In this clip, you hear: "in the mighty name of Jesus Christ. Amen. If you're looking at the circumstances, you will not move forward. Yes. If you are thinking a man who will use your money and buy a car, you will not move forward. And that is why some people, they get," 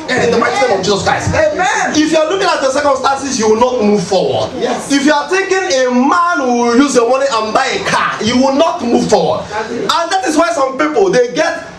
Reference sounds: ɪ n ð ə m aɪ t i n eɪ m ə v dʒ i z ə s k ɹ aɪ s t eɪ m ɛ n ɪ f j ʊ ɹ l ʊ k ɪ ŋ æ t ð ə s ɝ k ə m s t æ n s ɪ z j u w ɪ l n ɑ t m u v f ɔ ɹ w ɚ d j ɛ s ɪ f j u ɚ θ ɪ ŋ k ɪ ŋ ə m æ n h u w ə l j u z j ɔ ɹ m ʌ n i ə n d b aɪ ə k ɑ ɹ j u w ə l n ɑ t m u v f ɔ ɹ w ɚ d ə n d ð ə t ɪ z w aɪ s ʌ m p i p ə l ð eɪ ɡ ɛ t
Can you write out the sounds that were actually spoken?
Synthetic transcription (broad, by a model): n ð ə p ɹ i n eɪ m ə v dʒ i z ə s k ɹ aɪ s t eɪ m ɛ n ɪ f j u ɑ l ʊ k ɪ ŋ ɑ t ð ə s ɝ k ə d s t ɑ n s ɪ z j u w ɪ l n ɑ t m u v f ɔ w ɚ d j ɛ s ɪ f j u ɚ t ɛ k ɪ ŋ ə m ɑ n h u j u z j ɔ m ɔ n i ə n b aɪ ə k ɑ j u w ə l n ɑ t m u v f ɔ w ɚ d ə n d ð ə t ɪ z w aɪ s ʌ m p i p ə l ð eɪ ɡ ɛ t